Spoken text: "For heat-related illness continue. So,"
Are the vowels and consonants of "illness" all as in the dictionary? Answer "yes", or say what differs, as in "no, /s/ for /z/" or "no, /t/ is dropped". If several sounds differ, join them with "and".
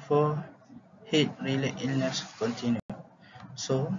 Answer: yes